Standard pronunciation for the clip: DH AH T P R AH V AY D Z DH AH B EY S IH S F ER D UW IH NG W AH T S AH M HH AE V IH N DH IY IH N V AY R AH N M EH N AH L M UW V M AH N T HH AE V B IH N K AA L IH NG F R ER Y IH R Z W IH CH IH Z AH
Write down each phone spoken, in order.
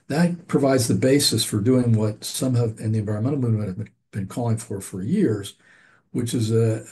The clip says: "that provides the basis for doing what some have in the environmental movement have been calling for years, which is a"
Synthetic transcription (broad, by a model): DH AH T P R AH V AY D Z DH AH B EY S IH S F ER D UW IH NG W AH T S AH M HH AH V IH N DH IY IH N V AY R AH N M EH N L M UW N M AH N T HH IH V B IH N K AA L IH NG F R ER Y IH R Z W IH CH IH Z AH